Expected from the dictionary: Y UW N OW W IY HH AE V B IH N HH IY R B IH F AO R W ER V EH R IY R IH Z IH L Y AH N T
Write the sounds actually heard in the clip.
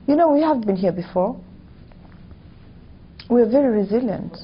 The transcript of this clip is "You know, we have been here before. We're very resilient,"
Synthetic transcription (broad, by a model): Y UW N OW W IY HH AE V B IH N HH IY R B IH F AO R W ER V EH R IY R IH Z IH L Y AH N T